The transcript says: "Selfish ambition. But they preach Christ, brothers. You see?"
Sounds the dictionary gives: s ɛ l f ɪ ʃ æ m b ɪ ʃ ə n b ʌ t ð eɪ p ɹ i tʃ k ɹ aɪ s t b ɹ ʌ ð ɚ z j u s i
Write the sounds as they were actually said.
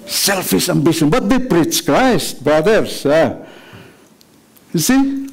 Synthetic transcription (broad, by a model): s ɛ l f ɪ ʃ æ m b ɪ ʃ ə n b ʌ t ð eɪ p ɹ i tʃ k ɹ aɪ s t b ɹ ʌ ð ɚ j j u s i